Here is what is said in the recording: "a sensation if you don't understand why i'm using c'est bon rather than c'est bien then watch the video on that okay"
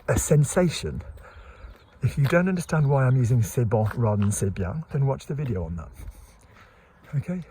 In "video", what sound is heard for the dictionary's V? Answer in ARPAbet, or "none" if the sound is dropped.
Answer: V